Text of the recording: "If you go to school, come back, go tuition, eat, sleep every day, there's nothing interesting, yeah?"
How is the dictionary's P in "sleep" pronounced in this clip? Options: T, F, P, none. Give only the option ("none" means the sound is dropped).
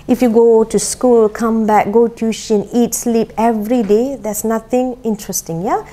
P